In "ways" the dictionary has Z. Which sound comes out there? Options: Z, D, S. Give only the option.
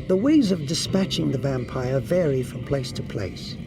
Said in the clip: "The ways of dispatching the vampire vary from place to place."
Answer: Z